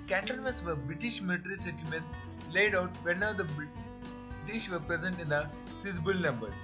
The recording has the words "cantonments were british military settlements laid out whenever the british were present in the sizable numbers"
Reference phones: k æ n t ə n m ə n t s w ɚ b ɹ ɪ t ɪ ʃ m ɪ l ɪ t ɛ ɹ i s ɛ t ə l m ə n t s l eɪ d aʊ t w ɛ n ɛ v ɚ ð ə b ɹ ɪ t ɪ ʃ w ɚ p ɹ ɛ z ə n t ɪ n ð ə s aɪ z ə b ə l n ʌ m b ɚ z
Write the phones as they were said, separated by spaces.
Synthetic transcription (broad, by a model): k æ n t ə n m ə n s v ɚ b ɹ ɪ t ɪ ʃ m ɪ l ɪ t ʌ ɹ i s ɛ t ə m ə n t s l eɪ d aʊ t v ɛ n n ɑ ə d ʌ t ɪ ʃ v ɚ p ɹ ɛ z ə n t ɪ n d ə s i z b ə l n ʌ m b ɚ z